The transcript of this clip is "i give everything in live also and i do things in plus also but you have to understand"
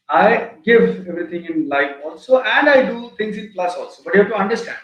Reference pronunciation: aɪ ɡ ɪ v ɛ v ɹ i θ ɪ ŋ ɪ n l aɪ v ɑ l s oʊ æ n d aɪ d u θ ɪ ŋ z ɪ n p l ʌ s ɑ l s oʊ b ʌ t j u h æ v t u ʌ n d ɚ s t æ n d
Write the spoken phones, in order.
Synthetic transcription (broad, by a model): aɪ ɡ ɪ v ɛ v ɹ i t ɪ ŋ ɪ n l aɪ f ɑ l s oʊ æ n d aɪ d u t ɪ ŋ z ɪ n p l ʌ s ɑ l s oʊ b ʌ t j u h æ v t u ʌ n d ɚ s t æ n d